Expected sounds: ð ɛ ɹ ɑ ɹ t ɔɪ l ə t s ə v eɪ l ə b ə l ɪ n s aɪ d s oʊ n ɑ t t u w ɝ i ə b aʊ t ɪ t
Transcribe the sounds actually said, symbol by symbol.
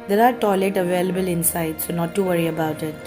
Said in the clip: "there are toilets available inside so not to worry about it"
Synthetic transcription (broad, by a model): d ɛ ɹ ɑ ɹ t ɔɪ l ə t ə v eɪ l ə b ə l ɪ n s aɪ d s oʊ n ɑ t t u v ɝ i ə b aʊ t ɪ t